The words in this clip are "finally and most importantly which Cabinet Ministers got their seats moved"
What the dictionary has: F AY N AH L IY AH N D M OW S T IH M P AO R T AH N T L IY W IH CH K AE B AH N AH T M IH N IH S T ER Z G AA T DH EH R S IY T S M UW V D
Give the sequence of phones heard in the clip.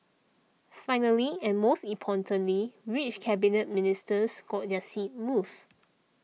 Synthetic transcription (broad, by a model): F AY N AH L IY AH N M OW S T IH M P AO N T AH N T L IY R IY CH K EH B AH N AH T M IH N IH S T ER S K AA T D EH S IY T M UW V